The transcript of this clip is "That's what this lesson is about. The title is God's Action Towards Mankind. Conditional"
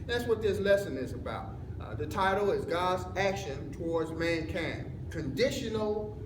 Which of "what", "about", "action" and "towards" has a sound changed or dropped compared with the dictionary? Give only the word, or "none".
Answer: none